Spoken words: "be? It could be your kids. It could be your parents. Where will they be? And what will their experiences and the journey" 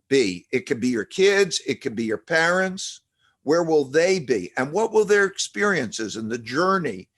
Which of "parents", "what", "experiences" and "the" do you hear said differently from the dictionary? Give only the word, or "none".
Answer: none